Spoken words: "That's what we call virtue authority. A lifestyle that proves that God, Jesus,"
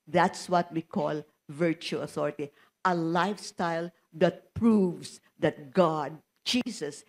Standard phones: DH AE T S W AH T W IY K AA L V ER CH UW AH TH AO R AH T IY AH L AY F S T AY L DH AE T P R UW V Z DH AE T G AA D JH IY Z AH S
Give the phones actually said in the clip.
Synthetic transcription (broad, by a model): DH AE T S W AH T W IY K AA L V ER CH UW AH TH AO R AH T IY AH L AY F S T AY L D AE T P R UW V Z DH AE T G AA D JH IY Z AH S